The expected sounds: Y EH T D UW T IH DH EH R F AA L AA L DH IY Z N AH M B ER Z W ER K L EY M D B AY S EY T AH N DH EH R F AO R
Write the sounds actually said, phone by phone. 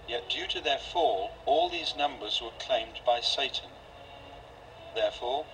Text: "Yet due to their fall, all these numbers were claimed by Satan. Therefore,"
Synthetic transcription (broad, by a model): Y EH T D UW T IH DH EH R F AA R AA L DH IY Z N AH M B ER Z W ER K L EY M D B AY S EY T N DH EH R F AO R